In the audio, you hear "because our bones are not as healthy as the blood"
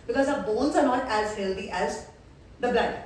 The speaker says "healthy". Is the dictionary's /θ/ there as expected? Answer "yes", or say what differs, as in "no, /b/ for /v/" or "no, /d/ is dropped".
no, /t/ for /θ/